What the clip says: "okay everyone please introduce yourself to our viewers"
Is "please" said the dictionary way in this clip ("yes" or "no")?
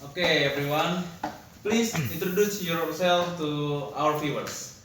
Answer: no